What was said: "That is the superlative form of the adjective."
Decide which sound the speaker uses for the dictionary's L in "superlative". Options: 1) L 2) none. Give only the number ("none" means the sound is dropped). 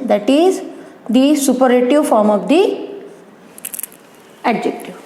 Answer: 2